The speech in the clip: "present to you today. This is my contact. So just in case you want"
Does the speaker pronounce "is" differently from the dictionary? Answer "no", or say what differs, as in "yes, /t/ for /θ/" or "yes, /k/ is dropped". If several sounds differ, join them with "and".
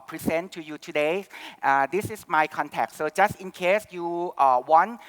yes, /s/ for /z/